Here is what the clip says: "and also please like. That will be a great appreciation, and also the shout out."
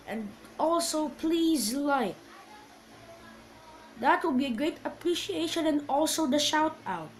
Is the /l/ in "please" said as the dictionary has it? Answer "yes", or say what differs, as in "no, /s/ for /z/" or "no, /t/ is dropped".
yes